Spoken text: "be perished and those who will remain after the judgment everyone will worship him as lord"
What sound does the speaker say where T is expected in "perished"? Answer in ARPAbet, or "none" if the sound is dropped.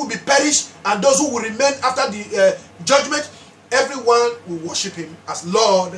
T